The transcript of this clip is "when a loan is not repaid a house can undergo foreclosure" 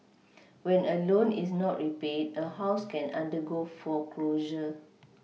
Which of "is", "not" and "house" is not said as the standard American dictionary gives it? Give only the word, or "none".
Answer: is